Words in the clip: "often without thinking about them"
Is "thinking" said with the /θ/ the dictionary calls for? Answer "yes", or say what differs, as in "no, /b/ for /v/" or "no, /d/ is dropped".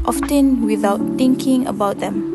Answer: no, /t/ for /θ/